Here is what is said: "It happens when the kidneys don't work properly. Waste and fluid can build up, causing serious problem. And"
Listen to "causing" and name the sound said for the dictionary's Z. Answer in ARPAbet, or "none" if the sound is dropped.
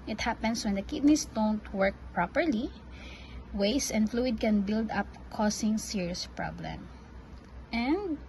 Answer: S